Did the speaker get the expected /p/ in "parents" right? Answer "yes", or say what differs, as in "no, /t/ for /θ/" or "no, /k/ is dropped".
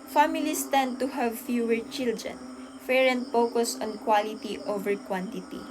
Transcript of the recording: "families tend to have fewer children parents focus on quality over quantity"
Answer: no, /f/ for /p/